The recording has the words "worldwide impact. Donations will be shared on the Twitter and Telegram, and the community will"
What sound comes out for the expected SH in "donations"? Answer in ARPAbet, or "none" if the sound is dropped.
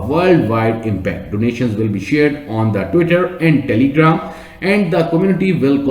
SH